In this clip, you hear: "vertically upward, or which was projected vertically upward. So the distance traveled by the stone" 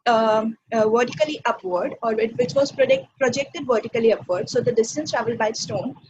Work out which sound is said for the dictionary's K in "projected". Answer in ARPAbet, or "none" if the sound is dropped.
K